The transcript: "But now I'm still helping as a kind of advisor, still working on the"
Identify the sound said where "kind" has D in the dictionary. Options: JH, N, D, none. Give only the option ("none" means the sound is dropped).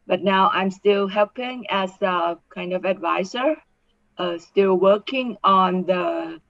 D